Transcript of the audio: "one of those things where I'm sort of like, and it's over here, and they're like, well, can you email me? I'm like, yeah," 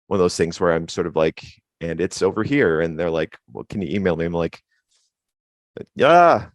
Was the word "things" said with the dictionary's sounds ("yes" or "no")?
yes